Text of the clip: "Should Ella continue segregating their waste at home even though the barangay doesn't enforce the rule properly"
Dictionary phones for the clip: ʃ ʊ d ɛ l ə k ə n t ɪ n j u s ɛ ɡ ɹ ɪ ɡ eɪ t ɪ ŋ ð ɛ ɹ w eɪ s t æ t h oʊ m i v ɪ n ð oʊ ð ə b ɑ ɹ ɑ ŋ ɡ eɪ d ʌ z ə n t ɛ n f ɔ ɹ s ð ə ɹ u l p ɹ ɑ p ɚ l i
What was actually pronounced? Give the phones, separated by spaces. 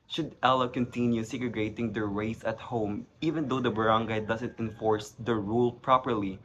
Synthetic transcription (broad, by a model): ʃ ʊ d ɛ l ə k ə n t ɪ n j u s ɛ ɡ ɹ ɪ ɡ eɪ t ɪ ŋ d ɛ ɹ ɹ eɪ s ʌ t h oʊ m i v ɪ n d oʊ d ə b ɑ ɹ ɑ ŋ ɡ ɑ d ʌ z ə n t ɛ n f ɔ ɹ s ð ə ɹ u l p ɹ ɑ p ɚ l i